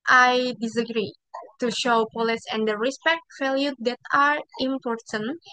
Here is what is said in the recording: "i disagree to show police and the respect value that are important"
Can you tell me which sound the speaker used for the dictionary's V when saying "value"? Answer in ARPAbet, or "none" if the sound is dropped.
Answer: F